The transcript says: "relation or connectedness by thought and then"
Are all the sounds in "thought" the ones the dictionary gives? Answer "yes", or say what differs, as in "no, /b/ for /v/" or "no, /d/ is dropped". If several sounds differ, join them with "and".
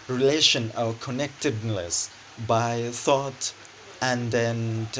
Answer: yes